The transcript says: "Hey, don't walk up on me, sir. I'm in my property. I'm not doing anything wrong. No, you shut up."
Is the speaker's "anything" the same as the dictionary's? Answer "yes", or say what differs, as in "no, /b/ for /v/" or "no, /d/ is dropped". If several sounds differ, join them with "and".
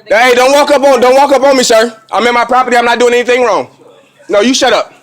yes